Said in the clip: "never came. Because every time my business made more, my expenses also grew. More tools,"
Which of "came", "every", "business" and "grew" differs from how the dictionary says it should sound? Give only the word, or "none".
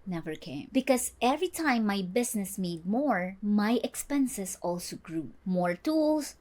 business